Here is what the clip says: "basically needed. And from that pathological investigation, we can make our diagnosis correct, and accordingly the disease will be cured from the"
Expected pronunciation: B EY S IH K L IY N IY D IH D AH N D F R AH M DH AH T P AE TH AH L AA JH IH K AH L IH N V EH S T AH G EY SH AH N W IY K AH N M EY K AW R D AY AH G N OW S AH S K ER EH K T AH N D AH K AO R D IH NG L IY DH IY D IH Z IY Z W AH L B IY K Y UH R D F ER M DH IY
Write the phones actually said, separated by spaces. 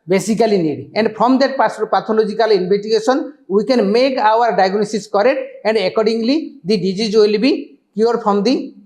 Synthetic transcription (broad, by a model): B EY S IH K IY L IY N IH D AH N D P R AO M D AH T P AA T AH L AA JH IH K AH L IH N B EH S T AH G EY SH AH N W IY K AH N M EY K AW R D AY AH G N OW S AH S K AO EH T AH N D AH K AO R D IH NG L IY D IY D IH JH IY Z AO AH L B IY K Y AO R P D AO M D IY